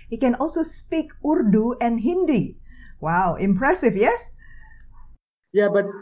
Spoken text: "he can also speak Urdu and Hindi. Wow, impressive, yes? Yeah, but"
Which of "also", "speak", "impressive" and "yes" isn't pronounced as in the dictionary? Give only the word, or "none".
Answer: impressive